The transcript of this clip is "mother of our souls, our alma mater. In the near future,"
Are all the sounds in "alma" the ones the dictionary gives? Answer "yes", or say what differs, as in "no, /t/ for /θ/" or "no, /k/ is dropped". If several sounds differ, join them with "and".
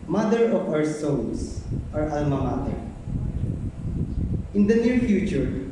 yes